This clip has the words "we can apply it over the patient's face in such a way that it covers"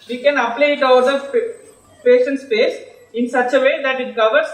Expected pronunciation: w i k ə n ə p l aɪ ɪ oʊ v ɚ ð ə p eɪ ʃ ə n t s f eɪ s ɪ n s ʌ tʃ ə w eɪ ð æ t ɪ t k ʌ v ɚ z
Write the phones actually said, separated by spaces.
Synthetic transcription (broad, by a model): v i k ə n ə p l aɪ ɪ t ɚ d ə p eɪ ʃ ə n t s p eɪ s ɪ n s ʌ tʃ ə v eɪ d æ t ɪ t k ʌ v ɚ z